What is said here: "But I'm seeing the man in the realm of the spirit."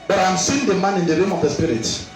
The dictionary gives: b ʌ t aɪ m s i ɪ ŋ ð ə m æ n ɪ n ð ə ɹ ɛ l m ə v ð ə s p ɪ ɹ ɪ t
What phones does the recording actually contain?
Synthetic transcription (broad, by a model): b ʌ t aɪ m s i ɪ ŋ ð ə m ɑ n ɪ n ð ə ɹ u m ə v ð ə s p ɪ ɹ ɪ t